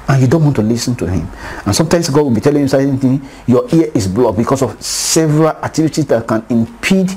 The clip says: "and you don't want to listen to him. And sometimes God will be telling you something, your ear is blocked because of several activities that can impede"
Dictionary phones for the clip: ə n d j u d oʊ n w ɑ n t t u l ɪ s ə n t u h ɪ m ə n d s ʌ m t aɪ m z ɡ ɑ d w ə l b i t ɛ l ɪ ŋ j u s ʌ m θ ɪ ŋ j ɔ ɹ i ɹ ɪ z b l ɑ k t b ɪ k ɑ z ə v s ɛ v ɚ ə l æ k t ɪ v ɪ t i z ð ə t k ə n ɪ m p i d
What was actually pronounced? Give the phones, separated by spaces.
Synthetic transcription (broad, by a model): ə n j u d oʊ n w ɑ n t t u l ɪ s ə n t u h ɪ m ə n s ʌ m t aɪ m s ɡ ɑ d w ə l b i t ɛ l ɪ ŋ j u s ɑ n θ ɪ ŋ j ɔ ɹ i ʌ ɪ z b l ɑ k b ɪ k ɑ s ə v s ɛ v ɚ ə l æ k t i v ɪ t i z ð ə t k ə n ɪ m p i d